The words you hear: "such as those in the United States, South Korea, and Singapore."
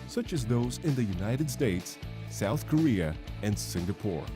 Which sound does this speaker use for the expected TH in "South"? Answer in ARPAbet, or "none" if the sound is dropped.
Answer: TH